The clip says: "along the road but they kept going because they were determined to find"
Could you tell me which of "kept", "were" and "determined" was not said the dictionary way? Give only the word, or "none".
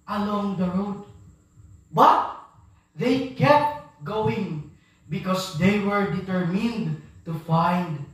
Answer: none